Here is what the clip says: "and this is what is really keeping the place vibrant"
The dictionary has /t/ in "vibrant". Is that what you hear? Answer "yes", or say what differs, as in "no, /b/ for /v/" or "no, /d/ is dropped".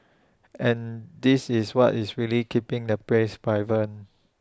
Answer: no, /t/ is dropped